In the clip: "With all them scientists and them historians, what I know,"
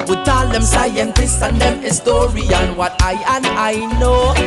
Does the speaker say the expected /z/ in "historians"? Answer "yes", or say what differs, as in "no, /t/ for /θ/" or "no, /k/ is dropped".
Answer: no, /z/ is dropped